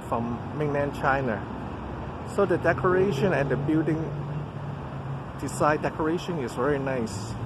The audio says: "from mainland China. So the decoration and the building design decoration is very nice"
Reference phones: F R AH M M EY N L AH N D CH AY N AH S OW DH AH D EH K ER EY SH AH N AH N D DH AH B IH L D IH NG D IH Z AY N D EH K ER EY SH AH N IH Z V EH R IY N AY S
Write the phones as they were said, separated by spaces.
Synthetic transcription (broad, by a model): F R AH M M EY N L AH N CH AY N AH S OW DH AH D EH K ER EY SH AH N AH N D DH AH B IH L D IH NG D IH S AY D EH K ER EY SH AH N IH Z V EH R IY N AY S